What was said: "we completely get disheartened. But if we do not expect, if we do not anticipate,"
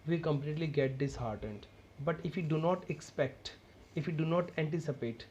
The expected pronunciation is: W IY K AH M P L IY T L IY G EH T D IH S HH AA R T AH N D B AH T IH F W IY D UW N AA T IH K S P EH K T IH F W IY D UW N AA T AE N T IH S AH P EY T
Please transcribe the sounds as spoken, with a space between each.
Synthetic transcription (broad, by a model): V IY K AH M P L IY T L IY G EH T D IH S HH AA R T AH N D B AH T IH F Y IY D UW N AA T IH K S P EH K T IH F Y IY D UW N AA T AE N T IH S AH P EY T